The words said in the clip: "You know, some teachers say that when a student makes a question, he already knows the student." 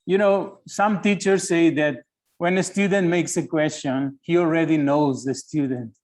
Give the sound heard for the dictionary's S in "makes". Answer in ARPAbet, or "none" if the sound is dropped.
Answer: S